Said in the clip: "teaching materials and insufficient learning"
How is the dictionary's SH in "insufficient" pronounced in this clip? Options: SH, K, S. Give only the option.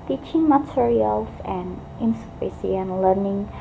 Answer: S